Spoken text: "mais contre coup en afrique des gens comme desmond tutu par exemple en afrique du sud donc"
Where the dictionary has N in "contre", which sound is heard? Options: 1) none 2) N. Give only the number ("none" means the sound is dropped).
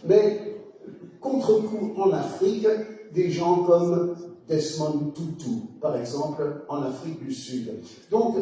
1